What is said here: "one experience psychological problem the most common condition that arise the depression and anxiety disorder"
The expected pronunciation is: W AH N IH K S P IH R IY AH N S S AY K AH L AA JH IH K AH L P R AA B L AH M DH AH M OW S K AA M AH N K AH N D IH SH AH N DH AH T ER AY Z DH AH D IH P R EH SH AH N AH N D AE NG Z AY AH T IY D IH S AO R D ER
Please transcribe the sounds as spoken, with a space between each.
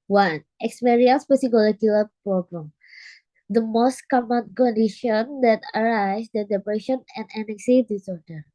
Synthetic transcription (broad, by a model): W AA N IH K S P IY R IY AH N S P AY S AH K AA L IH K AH L P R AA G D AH M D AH M OW S K AA M AH N K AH N D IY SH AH N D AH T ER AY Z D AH D IH P R EH SH AH N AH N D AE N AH S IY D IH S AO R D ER